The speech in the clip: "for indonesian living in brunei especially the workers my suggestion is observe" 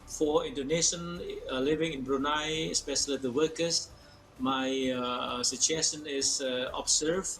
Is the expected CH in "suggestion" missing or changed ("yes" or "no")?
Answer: yes